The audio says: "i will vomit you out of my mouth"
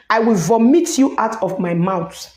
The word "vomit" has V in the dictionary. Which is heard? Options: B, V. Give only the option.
V